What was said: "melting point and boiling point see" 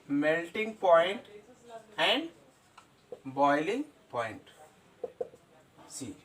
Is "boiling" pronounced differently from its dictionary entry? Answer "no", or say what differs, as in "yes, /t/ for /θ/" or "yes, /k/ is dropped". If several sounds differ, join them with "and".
no